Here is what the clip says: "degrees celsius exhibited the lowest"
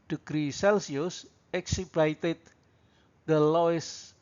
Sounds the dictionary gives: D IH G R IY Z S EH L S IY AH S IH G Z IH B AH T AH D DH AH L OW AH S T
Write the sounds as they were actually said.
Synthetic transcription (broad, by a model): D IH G R IY S EH L S IY AH S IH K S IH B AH T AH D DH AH L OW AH S